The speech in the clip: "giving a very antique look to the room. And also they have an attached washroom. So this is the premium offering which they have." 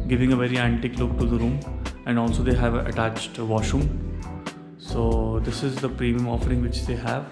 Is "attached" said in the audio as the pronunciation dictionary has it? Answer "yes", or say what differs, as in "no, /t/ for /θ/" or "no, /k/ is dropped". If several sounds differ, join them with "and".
yes